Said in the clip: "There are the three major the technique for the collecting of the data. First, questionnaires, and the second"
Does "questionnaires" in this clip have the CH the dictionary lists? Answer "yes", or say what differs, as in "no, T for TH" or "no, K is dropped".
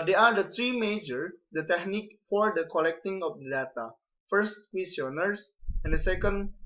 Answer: no, CH is dropped